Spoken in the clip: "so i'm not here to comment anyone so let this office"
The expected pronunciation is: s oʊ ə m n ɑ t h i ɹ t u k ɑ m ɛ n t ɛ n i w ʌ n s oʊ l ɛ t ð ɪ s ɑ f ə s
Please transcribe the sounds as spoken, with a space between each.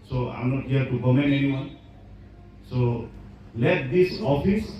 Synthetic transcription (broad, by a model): s oʊ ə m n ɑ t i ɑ t u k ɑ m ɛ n ɛ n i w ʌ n s oʊ l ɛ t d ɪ s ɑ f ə s